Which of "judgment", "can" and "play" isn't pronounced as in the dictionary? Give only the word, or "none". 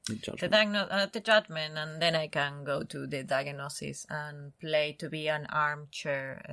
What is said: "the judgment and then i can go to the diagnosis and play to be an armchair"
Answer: judgment